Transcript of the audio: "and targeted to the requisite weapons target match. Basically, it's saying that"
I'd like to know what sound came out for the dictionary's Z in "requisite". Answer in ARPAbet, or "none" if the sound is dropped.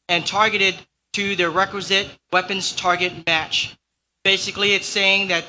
Z